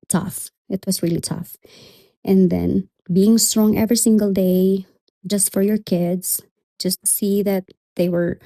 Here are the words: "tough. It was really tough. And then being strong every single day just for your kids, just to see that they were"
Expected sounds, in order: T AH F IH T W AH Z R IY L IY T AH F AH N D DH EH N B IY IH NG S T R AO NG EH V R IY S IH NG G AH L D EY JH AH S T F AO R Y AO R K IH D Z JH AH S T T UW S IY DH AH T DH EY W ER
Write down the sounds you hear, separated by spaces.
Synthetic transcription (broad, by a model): T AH F IH T W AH S R IY L IY T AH F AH N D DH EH N B IY IH NG S T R AO NG EH V R IY S IH NG G AH L D EY JH AH S T F AO R Y AO R K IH D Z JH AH S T T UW S IY DH AH T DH EY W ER